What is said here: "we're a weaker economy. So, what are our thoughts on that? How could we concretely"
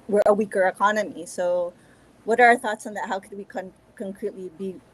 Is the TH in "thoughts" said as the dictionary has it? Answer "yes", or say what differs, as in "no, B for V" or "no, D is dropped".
yes